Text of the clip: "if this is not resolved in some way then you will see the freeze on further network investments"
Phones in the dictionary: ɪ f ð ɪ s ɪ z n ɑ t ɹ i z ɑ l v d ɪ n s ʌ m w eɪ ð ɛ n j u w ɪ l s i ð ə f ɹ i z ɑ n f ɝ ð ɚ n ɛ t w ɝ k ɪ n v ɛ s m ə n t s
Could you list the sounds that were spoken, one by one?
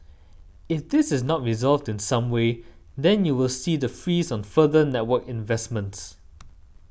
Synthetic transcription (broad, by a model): ɪ f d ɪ s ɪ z n ɑ t ɹ i z ɑ l v d ɪ n s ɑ m w eɪ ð ɛ n j u w ɪ l s i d ə f ɹ i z ɑ n f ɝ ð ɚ n ɛ t w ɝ k ɪ n v ɛ s m ə n t s